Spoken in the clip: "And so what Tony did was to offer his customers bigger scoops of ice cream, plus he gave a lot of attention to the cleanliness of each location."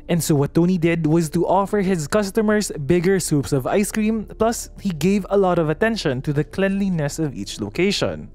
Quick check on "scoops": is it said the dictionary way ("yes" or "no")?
no